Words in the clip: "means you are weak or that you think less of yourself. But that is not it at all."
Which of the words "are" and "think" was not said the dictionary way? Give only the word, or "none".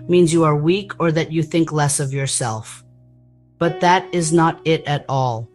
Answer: none